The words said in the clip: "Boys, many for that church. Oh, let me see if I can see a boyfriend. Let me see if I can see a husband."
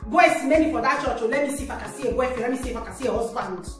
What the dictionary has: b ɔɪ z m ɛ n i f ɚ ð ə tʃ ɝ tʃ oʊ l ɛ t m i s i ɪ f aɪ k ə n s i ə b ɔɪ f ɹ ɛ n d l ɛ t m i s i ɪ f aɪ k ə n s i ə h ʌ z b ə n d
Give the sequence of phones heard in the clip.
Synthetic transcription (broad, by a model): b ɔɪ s m ɛ n i f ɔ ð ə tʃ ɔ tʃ oʊ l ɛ m i s i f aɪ k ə s i ə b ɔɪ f ɛ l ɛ m i s i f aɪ k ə s i ə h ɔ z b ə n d